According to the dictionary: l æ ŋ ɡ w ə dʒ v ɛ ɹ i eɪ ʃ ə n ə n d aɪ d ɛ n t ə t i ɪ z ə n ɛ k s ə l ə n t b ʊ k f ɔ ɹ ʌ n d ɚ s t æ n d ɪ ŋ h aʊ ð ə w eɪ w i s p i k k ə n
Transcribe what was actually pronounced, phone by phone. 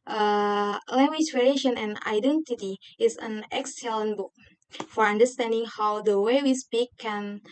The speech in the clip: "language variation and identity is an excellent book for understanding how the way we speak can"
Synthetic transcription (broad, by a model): l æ ŋ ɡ w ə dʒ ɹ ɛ l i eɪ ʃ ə n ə n aɪ d ɛ n t ə t i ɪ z ə n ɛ k s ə l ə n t b ʊ k f ɔ ɹ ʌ n d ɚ s t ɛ n d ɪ ŋ h aʊ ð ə w eɪ w i s p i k k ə n